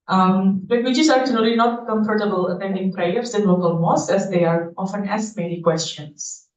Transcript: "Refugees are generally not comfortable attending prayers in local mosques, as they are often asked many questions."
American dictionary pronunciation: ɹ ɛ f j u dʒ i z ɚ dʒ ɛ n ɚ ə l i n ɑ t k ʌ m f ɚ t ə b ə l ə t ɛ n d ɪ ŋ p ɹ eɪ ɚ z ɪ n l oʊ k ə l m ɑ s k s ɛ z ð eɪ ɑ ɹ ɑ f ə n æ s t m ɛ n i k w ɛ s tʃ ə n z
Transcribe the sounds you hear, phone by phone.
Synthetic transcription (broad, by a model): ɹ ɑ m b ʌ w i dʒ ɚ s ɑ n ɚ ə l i n ɑ t k ʌ m f ɚ t ə b ə l ə t ɛ n d ɪ ŋ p ɹ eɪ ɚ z ɪ n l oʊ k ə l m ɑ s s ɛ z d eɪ ɑ ɹ ɑ f ə n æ s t m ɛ l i k w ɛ s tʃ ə n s